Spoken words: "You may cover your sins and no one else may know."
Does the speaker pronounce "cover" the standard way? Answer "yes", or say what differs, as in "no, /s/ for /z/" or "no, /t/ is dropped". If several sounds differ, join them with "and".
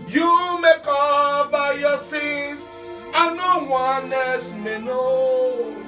no, /b/ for /v/